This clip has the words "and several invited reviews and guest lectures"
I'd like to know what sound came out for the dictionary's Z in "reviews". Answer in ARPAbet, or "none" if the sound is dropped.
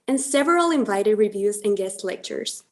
Z